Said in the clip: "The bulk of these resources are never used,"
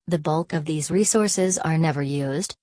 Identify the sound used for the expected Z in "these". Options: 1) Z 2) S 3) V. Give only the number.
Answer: 1